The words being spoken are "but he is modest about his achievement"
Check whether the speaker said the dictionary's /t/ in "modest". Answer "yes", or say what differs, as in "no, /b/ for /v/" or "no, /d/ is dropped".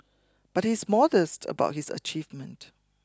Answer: yes